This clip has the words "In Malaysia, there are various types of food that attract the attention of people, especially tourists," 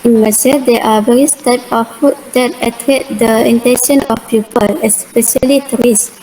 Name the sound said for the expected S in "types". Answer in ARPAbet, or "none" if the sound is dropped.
none